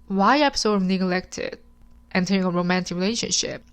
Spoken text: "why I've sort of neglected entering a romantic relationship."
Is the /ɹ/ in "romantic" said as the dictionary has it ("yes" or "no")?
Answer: yes